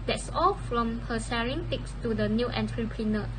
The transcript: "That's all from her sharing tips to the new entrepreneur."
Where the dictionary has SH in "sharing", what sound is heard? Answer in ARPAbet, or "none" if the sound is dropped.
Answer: S